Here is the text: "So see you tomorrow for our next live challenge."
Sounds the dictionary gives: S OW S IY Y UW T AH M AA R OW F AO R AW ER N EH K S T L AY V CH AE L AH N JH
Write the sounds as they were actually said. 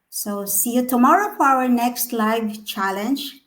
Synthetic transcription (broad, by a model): S OW S IY Y UW T AH M AA R OW F AO R AW ER N EH K S T L AY V CH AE L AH N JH